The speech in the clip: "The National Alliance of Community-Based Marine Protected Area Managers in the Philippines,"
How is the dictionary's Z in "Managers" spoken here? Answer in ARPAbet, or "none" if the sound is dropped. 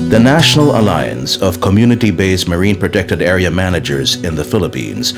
Z